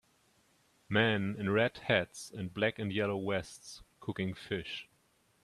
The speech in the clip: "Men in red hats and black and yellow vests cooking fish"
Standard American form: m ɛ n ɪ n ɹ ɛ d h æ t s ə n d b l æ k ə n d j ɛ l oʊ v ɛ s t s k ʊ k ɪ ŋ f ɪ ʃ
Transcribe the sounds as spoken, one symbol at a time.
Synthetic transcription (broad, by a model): m ɛ n ɪ n ɹ ɛ d h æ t s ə n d b l æ k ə n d j ɛ l oʊ w ɛ s t s k ʊ k ɪ ŋ f ɪ ʃ